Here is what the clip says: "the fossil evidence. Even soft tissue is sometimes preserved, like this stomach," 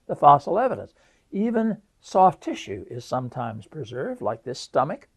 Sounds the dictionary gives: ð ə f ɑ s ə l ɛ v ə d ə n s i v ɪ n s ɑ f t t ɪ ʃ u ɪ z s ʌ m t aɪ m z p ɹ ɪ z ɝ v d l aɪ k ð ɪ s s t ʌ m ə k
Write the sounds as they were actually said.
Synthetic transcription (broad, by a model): ð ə f ɑ s l ɛ v ə d ə n s i v ɪ n s ɑ f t t ɪ ʃ u ɪ z s ʌ m t aɪ m z p ɹ ɪ z ɝ v d l aɪ k ð ɪ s s t ʌ m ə k